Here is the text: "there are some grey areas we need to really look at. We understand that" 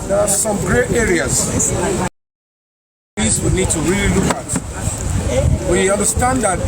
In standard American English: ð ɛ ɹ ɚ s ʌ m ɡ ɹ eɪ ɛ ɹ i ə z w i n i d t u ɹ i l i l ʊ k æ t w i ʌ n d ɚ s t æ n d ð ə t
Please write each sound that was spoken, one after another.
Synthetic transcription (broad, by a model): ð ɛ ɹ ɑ s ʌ m ɡ ɹ eɪ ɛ ɹ i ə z w i n i d t u ɹ i l i l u k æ t w i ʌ n d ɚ s t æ n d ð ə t